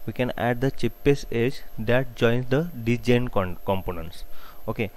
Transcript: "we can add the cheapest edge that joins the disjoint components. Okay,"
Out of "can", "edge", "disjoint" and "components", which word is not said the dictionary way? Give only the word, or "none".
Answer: disjoint